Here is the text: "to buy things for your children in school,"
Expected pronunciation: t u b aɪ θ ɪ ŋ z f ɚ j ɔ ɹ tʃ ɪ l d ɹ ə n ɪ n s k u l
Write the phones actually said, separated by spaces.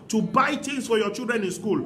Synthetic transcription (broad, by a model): t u b aɪ t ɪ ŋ s f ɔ j ɔ tʃ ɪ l d ɹ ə n ɪ n s k u l